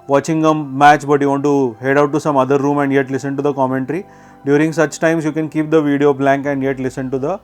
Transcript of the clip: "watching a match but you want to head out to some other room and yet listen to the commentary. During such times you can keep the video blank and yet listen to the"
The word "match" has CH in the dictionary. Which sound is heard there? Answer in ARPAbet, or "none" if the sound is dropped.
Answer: CH